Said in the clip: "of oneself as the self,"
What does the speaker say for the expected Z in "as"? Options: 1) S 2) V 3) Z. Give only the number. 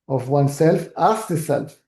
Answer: 1